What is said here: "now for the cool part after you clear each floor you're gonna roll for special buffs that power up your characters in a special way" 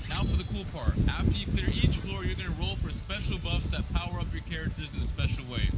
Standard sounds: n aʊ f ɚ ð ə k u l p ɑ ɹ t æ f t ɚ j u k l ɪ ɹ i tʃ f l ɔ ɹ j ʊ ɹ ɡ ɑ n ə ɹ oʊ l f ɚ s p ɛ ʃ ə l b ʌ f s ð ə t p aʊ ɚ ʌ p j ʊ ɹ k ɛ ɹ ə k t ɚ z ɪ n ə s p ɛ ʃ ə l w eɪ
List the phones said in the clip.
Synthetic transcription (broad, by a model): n aʊ f ɚ ð ə k u l p ɑ ɹ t æ f t ɚ j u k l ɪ ɹ i tʃ f l ɔ ɹ j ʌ ɹ ɡ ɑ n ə ɹ oʊ l f ɚ s p ɛ ʃ l b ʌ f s ð ə t p aʊ ɚ ʌ p j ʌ ɹ k ɛ ɹ ə k t ɚ z ɪ n ə s p ɛ ʃ l w eɪ